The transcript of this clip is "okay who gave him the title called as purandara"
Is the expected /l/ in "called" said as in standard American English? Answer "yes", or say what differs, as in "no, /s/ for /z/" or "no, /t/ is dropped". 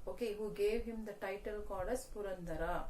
no, /l/ is dropped